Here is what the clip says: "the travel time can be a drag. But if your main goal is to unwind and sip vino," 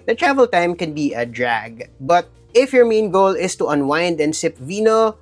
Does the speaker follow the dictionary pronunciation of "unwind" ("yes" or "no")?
yes